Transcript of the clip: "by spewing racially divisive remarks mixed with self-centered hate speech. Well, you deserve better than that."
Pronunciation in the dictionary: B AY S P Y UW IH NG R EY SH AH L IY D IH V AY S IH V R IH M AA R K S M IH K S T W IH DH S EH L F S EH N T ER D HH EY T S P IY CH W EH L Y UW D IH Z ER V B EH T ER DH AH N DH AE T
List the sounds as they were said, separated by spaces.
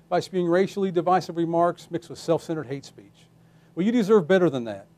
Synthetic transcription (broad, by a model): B AY S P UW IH NG R EY SH L IY D IH V AY S IH V R IH M AA R K S M IH K S T W IH DH S EH L F S EH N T ER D HH EY T S P IY CH W EH L Y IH D IH Z ER V B EH T ER DH AH N DH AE T